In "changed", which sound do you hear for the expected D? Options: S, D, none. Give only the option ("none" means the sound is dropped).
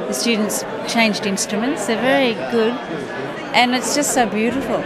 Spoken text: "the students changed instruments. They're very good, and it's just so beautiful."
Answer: D